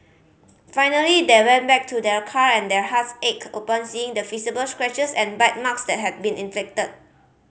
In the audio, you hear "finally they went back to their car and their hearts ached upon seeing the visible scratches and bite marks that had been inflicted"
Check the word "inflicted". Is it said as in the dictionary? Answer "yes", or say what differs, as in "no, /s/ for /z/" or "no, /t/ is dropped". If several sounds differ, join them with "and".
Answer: no, /l/ is dropped